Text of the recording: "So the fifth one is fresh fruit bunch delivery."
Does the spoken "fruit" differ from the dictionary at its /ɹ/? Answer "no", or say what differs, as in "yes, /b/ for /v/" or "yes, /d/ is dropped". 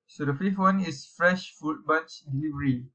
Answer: yes, /ɹ/ is dropped